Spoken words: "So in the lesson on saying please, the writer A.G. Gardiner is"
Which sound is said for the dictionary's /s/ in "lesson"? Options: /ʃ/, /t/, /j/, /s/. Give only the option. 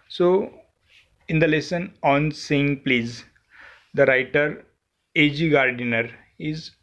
/s/